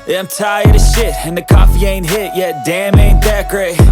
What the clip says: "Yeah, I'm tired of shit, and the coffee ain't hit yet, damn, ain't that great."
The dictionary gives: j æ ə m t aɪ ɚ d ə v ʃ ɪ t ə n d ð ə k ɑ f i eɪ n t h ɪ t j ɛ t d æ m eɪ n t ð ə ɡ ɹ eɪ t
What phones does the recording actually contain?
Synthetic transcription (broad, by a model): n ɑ ə m t aɪ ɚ d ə ʃ ɪ t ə n ð ə k ɑ f i eɪ n t h ɪ t j ɛ t d æ m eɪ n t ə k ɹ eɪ